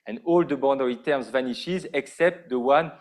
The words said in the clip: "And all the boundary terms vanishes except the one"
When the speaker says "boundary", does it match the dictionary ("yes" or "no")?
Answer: no